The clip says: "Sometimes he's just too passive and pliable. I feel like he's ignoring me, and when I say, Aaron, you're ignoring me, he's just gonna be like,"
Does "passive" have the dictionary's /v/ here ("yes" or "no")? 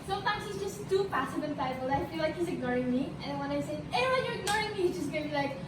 no